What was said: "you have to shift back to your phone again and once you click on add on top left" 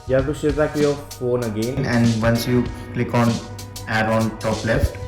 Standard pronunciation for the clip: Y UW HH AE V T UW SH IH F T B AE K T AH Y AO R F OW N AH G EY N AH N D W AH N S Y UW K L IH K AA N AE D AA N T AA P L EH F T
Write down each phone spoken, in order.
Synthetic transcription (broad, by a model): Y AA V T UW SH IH T B AE K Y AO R F OW N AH G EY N AH N D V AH N S Y UW K L IH K AA N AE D AA N T AA P L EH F T